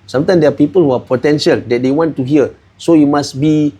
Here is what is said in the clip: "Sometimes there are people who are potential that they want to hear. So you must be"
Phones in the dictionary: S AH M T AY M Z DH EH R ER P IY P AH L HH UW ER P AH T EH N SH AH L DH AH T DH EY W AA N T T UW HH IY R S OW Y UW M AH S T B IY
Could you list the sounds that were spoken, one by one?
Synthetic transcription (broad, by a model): S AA M T AY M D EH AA P IY P AH L HH UW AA P AH T EH N SH AH L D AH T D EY W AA N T T UW HH IY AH S OW Y UW M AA S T B IY